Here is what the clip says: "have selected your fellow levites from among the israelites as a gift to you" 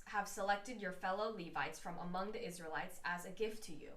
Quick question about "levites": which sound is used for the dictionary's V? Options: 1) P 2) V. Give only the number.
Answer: 2